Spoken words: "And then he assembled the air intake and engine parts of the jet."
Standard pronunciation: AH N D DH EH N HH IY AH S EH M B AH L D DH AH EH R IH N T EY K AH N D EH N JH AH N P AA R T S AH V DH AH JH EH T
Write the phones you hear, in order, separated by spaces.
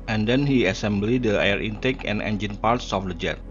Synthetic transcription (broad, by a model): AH N D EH N HH IY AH S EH M B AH L D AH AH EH R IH N T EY K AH N EH N JH AH N P AA R T S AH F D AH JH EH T